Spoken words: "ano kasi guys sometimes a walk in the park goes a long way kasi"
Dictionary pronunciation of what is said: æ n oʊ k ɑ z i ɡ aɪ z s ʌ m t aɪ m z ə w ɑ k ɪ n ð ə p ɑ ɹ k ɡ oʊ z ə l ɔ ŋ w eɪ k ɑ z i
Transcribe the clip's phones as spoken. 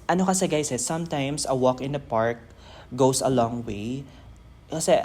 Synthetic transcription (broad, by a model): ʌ n oʊ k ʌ s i ɡ aɪ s s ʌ m t aɪ m s ə w ɑ k ɪ n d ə p ɑ ɹ k ɡ oʊ s ə l ɔ ŋ w eɪ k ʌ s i